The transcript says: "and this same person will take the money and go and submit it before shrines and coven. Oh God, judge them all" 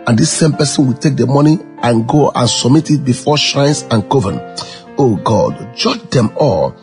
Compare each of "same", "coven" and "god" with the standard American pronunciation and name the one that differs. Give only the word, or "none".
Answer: none